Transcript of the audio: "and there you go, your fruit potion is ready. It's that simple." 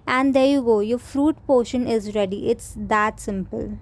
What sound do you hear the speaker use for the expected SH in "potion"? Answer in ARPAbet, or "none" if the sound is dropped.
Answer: SH